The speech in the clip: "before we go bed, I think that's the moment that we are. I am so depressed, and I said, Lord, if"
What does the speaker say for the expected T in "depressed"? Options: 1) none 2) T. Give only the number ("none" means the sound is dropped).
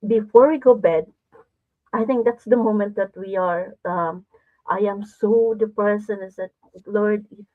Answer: 1